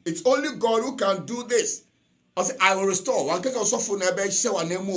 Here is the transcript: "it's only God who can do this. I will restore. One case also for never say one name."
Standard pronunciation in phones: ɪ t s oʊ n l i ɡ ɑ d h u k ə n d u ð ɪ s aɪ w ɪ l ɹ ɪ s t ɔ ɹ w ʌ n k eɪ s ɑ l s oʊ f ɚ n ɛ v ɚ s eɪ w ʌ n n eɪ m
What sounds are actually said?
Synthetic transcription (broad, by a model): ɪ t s oʊ n l i ɡ ɑ d h u k ə n d u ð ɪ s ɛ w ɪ w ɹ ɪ s t ɔ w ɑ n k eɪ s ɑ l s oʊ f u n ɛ b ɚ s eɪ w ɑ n n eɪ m